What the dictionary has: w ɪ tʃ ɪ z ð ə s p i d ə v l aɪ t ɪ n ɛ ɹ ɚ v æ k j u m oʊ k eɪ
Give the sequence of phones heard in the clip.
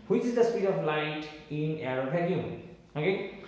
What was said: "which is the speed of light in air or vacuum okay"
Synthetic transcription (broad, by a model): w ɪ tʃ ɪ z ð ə s p i d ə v l aɪ t ɪ n ɛ ɹ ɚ b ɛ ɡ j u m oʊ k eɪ